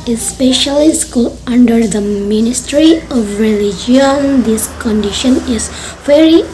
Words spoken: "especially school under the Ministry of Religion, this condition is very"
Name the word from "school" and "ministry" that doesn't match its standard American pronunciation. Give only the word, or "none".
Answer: none